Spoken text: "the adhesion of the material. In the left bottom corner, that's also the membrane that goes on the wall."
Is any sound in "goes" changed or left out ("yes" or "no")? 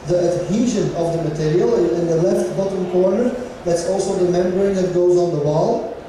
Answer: no